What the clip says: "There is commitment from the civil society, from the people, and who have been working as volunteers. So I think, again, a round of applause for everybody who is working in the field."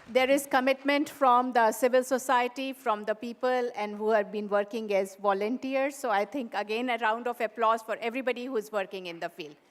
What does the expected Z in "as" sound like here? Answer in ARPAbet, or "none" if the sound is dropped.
Z